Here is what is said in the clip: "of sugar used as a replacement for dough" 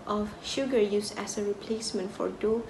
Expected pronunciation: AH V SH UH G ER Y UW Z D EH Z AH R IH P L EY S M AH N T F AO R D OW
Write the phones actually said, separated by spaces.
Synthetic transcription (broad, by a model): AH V SH UH G ER Y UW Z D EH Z AH R IH P L EY S M AH N T F AO R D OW